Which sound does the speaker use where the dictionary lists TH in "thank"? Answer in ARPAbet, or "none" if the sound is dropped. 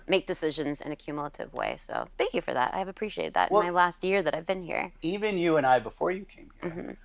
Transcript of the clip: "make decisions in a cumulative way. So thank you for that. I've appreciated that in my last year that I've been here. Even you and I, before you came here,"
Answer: TH